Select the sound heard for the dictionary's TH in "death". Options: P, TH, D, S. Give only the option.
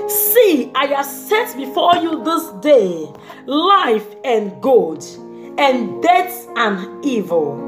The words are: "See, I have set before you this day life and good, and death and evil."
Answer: S